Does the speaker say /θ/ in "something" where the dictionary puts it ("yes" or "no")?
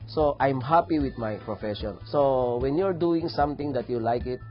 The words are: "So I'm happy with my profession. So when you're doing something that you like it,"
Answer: no